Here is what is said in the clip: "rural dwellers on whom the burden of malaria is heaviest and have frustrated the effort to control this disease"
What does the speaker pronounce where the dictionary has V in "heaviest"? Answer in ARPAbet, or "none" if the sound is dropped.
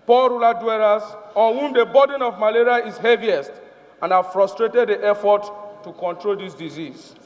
V